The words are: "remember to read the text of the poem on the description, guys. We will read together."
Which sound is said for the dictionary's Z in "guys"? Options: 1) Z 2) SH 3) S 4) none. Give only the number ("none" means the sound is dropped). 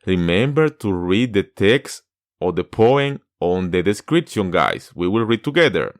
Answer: 3